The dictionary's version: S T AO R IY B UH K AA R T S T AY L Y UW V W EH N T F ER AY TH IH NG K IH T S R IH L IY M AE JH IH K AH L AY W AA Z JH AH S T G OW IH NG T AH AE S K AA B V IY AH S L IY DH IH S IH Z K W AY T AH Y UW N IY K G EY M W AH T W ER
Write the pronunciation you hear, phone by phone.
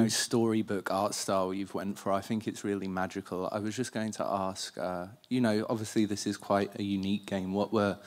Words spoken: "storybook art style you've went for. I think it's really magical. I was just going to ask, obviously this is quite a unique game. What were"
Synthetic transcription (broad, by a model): S T AO R IY B UH K AA T S T AY L Y UW V W EH N T F ER AY TH IH NG K IH T S R IH L IY M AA JH IH K AH L AY W AA Z JH AH S G OW IH NG T AH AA S K AA B V IY AH S L IY DH IH S IH Z K W AY T AH Y UW N IY K G EY M W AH T W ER